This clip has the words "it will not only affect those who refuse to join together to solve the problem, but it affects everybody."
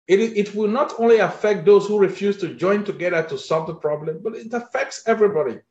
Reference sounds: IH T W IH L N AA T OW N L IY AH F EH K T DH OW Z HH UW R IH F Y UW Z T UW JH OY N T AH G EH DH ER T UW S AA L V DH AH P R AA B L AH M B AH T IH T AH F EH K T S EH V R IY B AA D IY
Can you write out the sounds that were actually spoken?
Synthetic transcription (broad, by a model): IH T W IH L N AA T OW N L IY AH F EH K T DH OW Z HH UW R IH F Y UW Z T UW JH OY N T AH G EH DH ER T UW S AA L V DH AH P R AA B L AH M B AH T IH T AH F EH K T S EH V R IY B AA D IY